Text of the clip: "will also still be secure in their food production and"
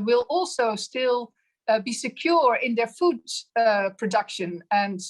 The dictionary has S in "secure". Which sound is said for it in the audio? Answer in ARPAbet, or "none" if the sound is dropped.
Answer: S